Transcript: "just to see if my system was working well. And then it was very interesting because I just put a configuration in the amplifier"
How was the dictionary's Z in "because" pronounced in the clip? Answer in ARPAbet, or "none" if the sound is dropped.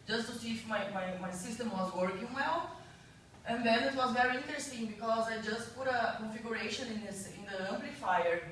Z